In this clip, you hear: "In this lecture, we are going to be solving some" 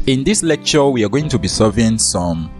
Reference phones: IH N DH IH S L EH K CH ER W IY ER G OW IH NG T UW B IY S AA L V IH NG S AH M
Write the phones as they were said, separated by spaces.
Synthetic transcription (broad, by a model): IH N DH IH S L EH K CH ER W IY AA G OW IH NG T UW B IY S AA V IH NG S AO M